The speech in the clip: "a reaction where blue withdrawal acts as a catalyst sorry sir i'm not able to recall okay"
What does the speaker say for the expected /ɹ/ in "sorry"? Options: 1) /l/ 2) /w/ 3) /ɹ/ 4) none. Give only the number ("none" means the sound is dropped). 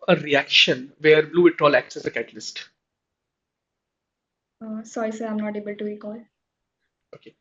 4